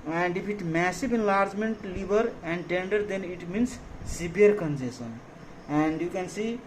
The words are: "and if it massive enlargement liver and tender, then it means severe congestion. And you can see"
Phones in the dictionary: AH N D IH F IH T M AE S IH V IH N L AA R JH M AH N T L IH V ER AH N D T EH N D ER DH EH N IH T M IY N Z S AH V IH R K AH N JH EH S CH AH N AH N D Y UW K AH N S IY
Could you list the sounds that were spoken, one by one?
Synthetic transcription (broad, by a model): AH N D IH P IH T M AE S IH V IH N L AA R JH M AH N T L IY B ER AH N D T EH N D ER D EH N IH T M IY N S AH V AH R K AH N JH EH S AH N AH N D Y UW K AH N S IY